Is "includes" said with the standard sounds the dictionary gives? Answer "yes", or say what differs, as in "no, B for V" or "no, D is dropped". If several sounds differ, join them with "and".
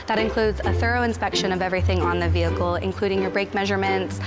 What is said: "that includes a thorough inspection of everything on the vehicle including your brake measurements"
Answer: yes